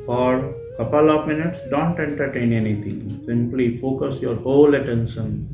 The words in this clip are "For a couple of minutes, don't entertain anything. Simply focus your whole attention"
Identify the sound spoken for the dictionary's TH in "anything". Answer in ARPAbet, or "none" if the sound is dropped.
T